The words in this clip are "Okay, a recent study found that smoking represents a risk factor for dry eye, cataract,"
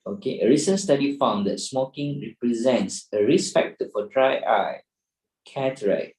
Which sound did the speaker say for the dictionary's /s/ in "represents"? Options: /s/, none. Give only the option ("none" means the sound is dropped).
/s/